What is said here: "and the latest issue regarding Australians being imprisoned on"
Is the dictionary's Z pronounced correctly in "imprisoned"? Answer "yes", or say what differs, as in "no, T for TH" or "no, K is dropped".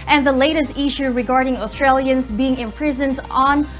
yes